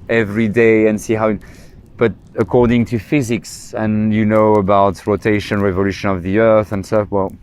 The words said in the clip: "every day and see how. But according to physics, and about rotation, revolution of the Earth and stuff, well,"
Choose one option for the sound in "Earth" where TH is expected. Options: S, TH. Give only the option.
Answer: TH